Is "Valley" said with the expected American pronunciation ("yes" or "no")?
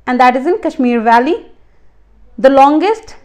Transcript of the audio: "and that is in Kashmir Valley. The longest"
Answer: yes